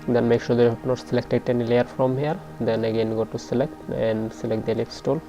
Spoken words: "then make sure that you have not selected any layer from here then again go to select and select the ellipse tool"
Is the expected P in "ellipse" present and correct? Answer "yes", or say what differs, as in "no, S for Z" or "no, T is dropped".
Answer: no, F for P